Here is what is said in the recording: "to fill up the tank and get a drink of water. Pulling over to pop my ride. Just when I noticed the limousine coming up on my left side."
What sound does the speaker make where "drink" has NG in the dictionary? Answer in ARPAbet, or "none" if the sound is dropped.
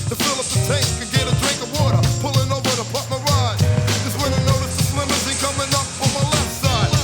NG